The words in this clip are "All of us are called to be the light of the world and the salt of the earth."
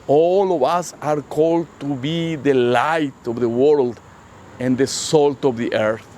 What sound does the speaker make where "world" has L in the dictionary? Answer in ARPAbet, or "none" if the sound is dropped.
L